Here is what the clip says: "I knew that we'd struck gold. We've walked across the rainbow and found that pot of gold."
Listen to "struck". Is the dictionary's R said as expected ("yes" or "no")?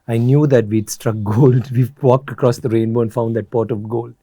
yes